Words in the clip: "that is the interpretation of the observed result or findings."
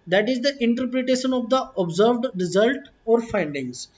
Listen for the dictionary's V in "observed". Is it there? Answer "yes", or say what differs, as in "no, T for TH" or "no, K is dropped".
yes